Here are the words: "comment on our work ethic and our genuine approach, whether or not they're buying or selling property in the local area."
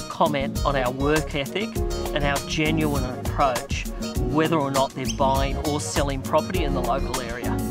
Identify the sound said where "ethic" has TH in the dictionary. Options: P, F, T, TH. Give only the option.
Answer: TH